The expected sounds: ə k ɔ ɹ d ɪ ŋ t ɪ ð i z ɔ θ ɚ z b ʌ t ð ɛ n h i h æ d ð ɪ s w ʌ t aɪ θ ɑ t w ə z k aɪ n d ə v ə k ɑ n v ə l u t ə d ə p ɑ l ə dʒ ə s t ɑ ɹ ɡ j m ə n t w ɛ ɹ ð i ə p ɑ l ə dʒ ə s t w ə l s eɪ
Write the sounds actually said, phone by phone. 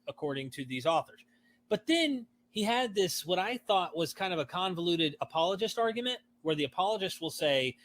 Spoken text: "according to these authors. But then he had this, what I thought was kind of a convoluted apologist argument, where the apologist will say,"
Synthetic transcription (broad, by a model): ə k ɔ ɹ d ɪ ŋ t ɪ ð i z ɔ θ ɚ z b ʌ t ð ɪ n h i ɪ d ð ɪ s w ʌ t aɪ θ ɑ t w ə z k aɪ n d ə v ə k ɑ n v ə l u t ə d ə p ɑ l ə dʒ ə s t ɑ ɹ ɡ j m ə n t w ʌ ɹ ð i ə p ɑ l ə dʒ ə s t w ə l s eɪ